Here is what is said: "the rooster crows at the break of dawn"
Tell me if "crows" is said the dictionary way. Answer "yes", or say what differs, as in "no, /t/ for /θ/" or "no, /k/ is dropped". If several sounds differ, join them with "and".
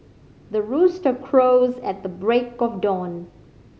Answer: yes